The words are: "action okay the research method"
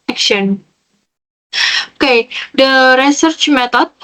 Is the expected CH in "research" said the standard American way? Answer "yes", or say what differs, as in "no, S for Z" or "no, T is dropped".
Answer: yes